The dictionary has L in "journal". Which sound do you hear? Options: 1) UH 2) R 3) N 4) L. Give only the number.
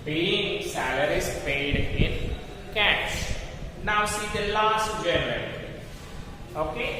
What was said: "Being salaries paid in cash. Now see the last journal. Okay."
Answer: 3